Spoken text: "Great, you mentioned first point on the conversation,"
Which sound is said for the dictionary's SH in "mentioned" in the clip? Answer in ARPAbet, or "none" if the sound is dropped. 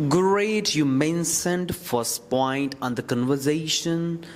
S